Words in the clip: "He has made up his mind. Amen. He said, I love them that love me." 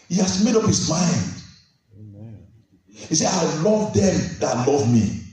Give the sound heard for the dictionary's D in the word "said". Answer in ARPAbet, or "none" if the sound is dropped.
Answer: none